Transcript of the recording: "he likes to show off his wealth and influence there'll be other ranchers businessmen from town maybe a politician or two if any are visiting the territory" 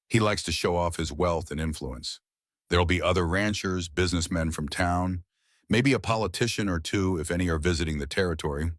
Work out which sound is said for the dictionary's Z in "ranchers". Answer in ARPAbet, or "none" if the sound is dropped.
Z